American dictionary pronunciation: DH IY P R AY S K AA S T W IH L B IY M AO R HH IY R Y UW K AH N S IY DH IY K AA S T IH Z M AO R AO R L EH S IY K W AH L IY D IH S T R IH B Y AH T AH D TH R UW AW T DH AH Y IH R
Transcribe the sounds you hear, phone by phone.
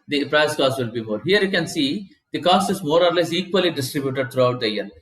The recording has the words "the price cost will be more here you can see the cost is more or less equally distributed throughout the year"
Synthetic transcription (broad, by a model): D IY P R AY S K AA S T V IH L B IY M AO R HH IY R Y UW K AH N S IY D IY K AA S T IH Z M AO R AO R L EH S IY K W AH L IY D IH S T R IH B Y AH T AH D T R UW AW T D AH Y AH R